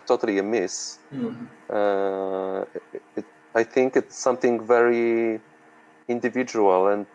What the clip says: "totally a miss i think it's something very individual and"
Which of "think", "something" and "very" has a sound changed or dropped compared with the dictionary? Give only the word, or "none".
none